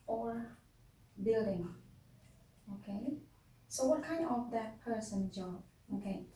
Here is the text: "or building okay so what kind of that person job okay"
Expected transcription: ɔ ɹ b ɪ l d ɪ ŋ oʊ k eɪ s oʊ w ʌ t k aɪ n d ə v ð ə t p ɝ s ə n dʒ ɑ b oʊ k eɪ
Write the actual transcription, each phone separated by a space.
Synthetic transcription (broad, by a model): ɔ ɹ b ɪ l d ɪ ŋ oʊ k eɪ s oʊ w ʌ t k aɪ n ə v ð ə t p ɝ s ə n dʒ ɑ oʊ k eɪ